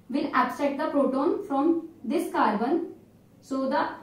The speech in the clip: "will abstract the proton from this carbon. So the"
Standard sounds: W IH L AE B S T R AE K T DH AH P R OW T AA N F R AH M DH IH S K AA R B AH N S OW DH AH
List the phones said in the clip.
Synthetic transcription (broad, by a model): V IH L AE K S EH T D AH P R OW T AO N F R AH M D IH S K AA R B AH N S OW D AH